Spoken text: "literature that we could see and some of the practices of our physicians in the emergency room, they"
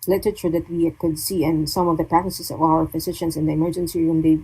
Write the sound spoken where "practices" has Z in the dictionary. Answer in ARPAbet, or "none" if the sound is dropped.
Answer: S